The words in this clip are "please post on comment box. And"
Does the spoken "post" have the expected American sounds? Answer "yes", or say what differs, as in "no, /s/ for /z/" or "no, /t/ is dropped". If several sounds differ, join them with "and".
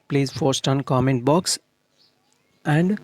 no, /f/ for /p/